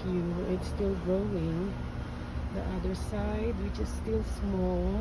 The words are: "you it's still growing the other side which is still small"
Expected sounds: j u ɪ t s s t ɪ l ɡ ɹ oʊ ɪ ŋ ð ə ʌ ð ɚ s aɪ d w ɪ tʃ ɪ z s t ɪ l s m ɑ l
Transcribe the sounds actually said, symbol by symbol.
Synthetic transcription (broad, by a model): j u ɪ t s s t ɪ l ɡ ɹ oʊ ɪ ŋ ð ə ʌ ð ɚ s aɪ d w ɪ tʃ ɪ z s t ɪ l s m ɑ l